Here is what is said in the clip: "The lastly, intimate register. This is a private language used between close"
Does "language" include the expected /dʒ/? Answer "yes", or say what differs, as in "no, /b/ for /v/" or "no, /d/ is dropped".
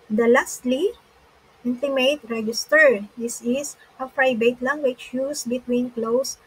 no, /tʃ/ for /dʒ/